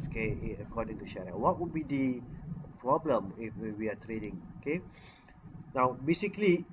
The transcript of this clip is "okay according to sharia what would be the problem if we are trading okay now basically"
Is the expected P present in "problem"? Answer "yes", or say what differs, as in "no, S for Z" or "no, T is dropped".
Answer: yes